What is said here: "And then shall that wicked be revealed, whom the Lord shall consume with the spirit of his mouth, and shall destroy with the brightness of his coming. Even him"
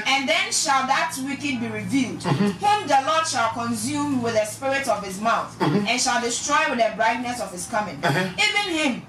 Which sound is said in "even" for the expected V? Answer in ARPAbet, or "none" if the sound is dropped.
V